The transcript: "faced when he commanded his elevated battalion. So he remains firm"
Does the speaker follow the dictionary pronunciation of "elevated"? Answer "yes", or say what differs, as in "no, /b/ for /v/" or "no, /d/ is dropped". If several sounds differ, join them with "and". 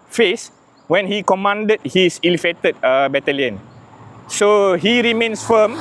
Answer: no, /f/ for /v/